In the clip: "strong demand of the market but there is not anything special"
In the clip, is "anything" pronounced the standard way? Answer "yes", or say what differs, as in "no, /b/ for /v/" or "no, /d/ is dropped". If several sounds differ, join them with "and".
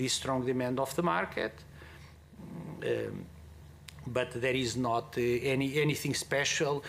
yes